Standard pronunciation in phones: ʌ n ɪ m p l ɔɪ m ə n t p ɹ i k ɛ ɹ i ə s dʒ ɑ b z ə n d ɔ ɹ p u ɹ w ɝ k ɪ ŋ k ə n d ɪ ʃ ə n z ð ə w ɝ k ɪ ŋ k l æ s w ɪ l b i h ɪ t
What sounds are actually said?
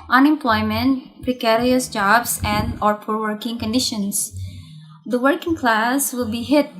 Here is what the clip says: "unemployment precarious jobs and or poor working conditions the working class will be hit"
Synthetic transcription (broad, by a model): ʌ n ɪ m p l ɔɪ m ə n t p ɹ i k ɛ ɹ i ə s dʒ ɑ b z ə n d ɔ ɹ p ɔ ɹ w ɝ k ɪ ŋ k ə n d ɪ ʃ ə n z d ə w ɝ k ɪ ŋ k l æ s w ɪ l b i h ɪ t